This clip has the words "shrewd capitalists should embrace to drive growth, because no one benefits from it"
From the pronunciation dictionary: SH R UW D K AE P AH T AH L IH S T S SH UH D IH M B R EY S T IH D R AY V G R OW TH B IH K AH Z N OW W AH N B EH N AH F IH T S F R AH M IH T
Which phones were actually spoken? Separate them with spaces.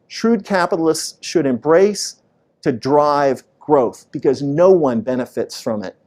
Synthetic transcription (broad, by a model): SH R UW D K AE P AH T L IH S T S SH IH D IH M B R EY S T IH D R AY V G R OW TH B IH K AH Z N OW W AH N B EH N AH F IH T S F R AH M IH T